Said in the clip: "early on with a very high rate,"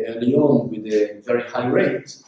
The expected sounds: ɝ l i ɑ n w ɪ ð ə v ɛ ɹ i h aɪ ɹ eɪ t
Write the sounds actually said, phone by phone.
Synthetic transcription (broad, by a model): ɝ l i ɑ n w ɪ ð ə v ɛ ɹ i h aɪ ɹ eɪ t